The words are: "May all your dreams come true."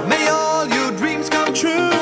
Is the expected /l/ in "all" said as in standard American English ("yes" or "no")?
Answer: yes